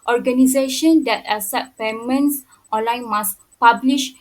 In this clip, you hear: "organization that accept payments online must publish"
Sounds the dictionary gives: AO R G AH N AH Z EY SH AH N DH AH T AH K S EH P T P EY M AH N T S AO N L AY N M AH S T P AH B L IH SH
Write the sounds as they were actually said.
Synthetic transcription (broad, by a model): AO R G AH N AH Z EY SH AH N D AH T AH S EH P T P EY M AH N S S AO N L AY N M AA S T P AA B L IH SH